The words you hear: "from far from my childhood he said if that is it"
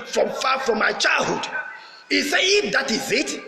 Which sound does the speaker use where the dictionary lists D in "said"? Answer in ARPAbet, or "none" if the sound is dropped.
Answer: none